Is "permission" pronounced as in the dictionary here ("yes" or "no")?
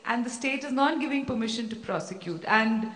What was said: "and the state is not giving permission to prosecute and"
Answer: yes